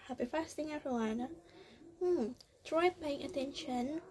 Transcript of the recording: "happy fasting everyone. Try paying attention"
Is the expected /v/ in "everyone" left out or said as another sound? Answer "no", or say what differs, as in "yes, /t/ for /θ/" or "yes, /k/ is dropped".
yes, /v/ is dropped